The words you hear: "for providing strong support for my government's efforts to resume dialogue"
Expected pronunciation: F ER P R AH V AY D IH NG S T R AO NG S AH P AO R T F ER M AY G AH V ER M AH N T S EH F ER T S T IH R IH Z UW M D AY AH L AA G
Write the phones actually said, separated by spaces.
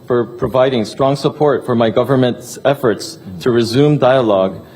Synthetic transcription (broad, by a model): F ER P R AH V AY D IH NG S T R AO NG S AH P AO R T F ER M AY G AH V ER M AH N T S EH F ER T S T IH R IH Z UW M D AY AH L AA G